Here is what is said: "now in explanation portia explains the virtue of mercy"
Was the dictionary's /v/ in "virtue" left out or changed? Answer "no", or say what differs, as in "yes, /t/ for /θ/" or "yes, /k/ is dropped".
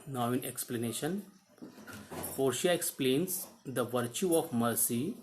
no